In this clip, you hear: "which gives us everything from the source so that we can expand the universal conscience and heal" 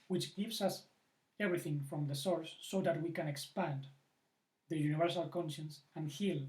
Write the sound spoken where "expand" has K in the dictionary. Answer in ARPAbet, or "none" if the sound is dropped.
K